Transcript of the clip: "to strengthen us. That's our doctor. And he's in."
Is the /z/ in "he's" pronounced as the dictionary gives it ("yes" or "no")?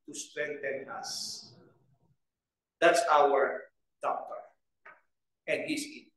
no